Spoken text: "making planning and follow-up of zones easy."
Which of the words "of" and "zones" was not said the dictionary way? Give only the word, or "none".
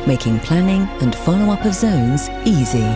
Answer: none